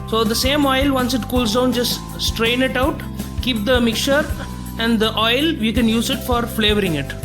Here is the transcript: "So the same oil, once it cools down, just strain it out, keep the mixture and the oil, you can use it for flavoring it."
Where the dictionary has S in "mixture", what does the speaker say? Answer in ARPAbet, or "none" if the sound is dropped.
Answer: none